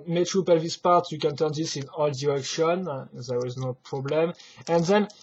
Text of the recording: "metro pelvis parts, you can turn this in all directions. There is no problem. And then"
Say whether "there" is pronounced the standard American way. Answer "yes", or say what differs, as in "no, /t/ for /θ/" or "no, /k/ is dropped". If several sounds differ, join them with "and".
no, /w/ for /ɹ/